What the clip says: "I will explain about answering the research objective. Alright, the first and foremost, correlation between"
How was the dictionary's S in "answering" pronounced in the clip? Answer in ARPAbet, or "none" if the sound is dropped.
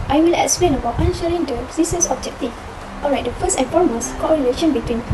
SH